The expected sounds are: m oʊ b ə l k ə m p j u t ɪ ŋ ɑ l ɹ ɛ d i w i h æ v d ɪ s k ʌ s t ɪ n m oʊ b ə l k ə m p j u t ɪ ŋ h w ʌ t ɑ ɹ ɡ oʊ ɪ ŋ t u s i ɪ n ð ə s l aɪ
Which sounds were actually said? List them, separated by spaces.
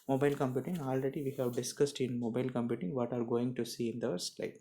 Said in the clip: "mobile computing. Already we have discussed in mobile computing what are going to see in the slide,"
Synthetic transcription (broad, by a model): m oʊ b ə l k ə m p j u t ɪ ŋ ɑ l ɹ ɛ d i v i h æ v d ɪ s k ʌ s t ɪ n m oʊ b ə l k ə m p j u t ɪ ŋ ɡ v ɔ t ɑ ɹ ɡ oʊ ɪ ŋ t u s i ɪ n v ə s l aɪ